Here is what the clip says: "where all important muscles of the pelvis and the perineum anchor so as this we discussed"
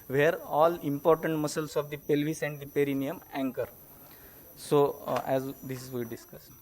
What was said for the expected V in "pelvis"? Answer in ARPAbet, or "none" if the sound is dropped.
V